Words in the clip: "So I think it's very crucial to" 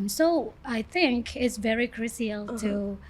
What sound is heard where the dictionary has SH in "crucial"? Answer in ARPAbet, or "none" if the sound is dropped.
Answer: S